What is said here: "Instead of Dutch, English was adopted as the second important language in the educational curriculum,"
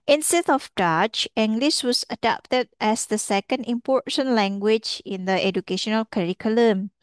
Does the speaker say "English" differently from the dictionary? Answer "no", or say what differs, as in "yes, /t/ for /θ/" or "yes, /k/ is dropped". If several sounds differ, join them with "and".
yes, /s/ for /ʃ/